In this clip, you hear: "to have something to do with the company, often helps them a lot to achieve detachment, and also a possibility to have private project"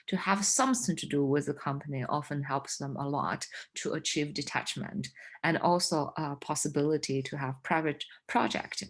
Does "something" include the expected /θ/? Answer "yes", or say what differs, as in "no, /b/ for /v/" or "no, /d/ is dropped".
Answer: yes